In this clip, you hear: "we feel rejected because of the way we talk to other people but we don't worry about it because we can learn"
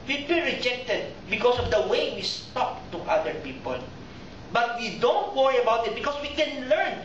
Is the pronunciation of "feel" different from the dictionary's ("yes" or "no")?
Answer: yes